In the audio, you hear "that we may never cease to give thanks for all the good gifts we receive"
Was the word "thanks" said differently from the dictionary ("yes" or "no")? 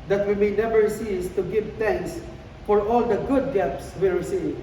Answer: yes